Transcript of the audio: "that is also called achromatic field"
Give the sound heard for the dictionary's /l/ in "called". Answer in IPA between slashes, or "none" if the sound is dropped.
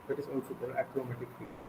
none